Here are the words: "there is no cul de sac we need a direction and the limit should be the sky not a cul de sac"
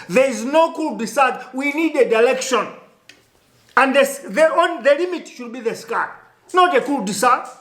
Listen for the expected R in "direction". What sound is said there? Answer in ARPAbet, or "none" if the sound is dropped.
L